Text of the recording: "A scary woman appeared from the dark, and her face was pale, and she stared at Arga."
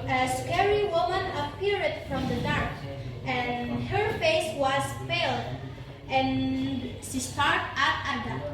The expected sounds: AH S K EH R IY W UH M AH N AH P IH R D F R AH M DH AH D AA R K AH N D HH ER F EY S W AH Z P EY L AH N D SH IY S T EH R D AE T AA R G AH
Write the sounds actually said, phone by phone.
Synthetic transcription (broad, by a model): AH S K EH R IY W UH M AH N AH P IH R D F R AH M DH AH D AA R K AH N HH ER F EY S W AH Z F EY L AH N SH IY S T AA R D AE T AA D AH